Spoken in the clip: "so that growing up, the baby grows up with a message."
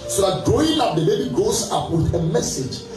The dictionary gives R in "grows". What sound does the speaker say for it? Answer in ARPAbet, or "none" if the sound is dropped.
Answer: none